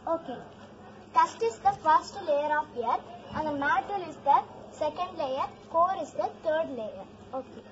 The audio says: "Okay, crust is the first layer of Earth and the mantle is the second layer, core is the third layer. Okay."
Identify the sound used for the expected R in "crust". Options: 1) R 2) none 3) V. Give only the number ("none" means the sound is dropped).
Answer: 2